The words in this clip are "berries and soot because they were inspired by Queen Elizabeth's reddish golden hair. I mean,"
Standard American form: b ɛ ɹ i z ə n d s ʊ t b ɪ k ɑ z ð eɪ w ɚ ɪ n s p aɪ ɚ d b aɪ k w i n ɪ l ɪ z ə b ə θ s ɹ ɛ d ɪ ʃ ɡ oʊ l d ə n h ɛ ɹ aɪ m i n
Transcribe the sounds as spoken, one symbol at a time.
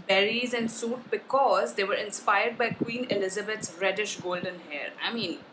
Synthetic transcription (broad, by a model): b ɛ ɹ i z ə n d s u t b ɪ k ɑ z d eɪ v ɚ ɪ n s p aɪ ɚ d b aɪ k w i n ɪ l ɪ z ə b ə t s ɹ ɛ d ɪ ʃ ɡ oʊ l d ə n h ɛ ɹ aɪ m i n